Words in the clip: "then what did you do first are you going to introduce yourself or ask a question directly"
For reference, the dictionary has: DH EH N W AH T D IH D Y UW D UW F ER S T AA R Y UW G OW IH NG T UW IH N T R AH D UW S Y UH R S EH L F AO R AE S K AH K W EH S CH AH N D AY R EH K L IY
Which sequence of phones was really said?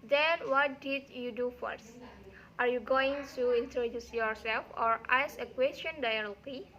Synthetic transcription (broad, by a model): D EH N W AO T D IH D Y UW D UW F ER S T AA R Y UW G OW IH NG T UW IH N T R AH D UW S Y UH R S EH L F AO R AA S AH K W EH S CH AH N D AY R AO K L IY